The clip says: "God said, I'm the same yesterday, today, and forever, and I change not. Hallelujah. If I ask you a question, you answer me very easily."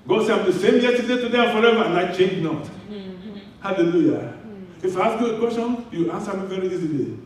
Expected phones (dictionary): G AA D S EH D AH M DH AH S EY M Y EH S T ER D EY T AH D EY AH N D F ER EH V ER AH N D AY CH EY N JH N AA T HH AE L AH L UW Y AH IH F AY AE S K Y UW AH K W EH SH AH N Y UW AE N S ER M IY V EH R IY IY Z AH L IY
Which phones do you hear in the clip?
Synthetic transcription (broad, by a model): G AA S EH AH M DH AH S EY M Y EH T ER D EY T AH D EY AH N F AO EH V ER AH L AY CH EY N JH N AA T HH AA L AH L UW Y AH IH F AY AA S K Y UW AH K W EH S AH N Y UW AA N S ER M IY V EH R IY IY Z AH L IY